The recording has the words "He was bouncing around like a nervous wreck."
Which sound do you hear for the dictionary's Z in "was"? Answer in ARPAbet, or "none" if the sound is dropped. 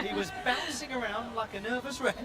Z